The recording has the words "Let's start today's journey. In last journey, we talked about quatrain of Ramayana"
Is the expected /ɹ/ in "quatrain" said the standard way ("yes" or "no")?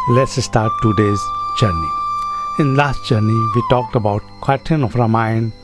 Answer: no